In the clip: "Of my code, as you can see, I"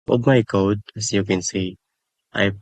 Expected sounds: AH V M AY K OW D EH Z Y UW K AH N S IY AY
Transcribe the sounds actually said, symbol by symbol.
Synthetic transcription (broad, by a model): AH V M AY K OW D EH S Y UW K AH N S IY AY